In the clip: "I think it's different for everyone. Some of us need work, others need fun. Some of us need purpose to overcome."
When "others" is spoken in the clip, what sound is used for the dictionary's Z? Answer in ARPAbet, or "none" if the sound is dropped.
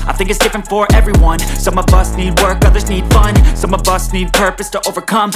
Z